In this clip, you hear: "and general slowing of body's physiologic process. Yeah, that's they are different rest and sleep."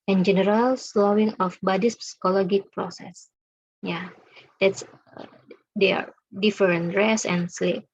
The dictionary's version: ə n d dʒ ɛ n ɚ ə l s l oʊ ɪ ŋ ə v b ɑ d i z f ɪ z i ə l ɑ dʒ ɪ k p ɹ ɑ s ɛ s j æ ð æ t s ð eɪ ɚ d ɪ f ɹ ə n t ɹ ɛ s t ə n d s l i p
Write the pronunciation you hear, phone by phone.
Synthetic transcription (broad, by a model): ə n dʒ ɛ n ɚ ə l s l oʊ ɪ ŋ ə f b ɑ d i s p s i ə l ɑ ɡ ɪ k p ɹ ɑ s ɛ s j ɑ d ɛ t s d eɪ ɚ d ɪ f ɹ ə n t ɹ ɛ s ə n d s l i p